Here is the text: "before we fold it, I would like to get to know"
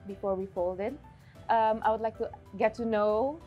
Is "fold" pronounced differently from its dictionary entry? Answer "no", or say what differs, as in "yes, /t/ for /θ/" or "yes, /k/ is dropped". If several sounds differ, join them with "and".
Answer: no